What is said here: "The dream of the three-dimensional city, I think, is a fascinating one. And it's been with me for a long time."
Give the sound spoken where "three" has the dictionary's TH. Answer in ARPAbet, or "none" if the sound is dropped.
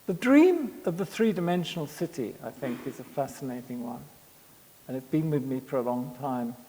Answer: TH